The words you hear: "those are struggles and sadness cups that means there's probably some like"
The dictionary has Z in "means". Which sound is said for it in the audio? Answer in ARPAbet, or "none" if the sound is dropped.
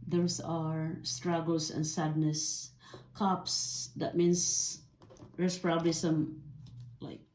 S